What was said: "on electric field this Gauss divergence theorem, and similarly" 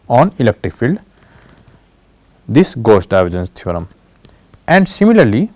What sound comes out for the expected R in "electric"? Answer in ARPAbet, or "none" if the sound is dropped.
R